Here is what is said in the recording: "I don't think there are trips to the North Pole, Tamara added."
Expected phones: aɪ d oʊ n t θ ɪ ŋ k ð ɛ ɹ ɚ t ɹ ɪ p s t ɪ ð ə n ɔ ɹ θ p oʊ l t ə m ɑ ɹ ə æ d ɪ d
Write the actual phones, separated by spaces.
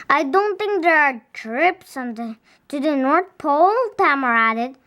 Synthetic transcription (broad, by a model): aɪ d oʊ n t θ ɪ ŋ k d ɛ ɹ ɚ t ɹ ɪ p s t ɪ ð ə n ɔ ɹ t p oʊ l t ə m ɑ ɹ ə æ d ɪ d